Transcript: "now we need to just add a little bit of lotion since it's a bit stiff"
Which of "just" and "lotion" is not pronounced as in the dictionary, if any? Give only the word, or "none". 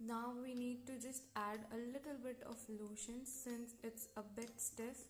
none